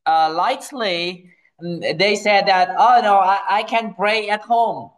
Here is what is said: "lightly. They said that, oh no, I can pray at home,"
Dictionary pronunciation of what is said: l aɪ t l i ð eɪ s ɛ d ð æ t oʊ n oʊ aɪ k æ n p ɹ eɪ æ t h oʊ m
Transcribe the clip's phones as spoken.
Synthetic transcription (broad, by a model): l aɪ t l i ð eɪ s ɛ d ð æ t oʊ n oʊ aɪ k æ n b ɹ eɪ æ t h oʊ m